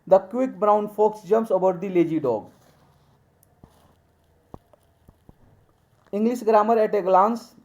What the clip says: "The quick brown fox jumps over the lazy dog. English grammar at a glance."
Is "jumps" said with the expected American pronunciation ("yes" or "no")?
no